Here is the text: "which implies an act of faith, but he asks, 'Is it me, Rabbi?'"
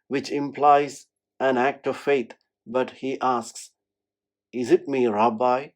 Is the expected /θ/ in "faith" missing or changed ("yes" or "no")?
yes